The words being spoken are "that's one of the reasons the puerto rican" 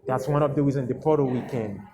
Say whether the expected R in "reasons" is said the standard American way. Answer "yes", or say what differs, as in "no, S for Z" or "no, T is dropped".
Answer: no, W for R